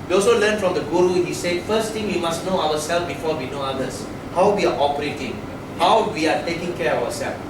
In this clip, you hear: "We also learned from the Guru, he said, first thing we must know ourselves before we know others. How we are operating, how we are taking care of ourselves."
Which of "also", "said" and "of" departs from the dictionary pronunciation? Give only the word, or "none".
of